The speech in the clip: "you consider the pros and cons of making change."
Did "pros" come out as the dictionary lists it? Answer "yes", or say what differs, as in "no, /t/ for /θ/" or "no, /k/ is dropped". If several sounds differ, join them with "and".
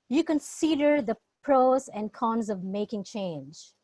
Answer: yes